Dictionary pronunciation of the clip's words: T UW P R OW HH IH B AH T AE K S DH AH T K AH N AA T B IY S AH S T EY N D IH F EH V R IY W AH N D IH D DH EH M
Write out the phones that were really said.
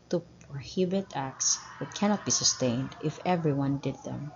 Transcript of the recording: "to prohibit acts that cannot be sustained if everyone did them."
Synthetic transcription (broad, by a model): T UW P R HH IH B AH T AE K S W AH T K AH N AA T B IY S AH S T EY N D IH F EH V R IY W AH N D IH D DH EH M